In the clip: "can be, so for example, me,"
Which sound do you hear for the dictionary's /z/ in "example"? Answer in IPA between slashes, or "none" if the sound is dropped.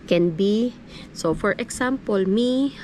/s/